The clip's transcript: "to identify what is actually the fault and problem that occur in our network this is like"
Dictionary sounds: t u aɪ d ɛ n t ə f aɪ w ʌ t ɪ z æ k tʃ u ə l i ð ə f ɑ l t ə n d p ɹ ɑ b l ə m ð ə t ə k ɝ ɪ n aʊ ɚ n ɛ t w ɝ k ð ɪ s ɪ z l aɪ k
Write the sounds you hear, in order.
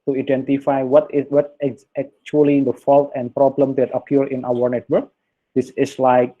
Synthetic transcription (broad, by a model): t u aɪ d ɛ n t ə f aɪ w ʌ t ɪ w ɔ k tʃ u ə l i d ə f ɑ l t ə n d p ɹ ɑ b l ə m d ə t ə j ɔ ɪ n aʊ ɚ n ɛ t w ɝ k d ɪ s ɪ s l aɪ k